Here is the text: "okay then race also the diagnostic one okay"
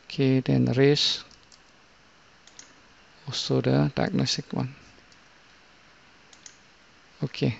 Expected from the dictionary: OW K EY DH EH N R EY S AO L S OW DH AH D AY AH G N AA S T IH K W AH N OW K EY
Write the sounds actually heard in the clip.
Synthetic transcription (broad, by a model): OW K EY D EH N R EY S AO S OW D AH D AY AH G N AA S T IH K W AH N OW K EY